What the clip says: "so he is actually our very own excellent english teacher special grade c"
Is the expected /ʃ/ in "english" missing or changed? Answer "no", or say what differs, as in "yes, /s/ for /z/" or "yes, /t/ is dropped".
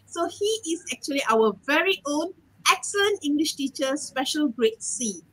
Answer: no